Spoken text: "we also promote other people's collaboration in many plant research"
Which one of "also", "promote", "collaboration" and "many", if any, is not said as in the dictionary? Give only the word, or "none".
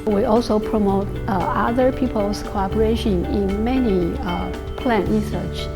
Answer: collaboration